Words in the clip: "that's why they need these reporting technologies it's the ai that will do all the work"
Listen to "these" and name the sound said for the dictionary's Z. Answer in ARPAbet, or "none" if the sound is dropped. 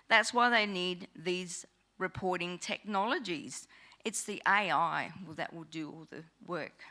Z